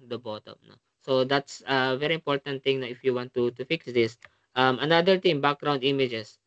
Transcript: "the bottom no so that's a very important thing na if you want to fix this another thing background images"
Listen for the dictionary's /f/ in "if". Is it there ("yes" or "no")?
yes